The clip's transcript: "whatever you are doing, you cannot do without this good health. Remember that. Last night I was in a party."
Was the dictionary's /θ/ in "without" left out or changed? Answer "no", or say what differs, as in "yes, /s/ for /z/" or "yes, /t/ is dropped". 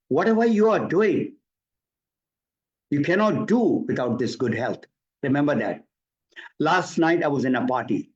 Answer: yes, /t/ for /θ/